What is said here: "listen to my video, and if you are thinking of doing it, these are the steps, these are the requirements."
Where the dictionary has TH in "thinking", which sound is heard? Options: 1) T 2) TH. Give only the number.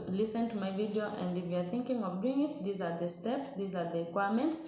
2